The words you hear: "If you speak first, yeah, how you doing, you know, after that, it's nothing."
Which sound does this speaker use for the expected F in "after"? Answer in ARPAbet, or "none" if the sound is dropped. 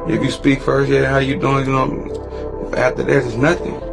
none